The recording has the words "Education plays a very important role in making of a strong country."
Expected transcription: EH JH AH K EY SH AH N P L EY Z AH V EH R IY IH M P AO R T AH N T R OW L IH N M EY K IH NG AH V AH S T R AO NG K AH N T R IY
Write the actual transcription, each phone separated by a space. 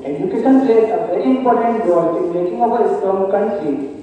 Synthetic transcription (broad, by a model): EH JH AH K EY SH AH N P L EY S AH V EH R IY IH M P AO R T AH N T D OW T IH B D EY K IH NG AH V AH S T AO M K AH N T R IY